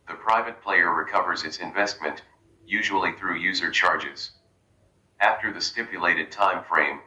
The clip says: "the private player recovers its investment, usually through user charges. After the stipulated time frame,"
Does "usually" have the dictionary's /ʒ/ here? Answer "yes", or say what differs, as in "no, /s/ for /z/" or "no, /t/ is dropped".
yes